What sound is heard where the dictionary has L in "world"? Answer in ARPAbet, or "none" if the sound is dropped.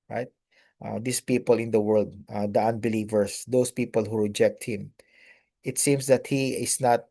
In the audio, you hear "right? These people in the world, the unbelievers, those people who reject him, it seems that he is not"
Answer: L